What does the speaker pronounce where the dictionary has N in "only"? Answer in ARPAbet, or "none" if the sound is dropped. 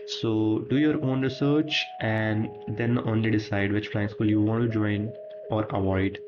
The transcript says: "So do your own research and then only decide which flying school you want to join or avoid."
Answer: N